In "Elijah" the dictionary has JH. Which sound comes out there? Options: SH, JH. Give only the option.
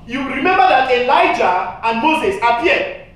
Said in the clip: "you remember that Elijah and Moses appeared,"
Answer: JH